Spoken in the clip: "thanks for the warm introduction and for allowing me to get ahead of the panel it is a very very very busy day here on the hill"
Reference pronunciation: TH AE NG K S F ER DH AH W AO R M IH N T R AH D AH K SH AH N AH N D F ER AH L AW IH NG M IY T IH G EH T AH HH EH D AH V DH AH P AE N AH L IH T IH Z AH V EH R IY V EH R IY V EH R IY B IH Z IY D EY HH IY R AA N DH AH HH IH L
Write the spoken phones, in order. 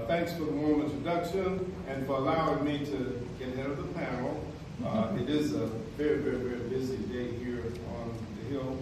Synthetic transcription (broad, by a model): TH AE NG K S F ER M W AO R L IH N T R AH D AH K SH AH N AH N F ER AH L AW IH NG M IY T IH G EH T HH EH D AH V DH AH P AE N L IH T IH Z AH V EH R IY V EH R IY V EH R IY B IH Z IY D EY HH IY R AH N DH AH HH IH L